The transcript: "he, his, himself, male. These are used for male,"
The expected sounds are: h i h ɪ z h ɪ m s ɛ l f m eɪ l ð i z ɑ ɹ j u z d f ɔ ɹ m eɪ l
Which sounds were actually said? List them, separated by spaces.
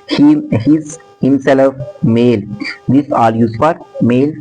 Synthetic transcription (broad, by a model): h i h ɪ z h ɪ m s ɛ l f m eɪ l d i s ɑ l j u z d f ɔ ɹ m eɪ l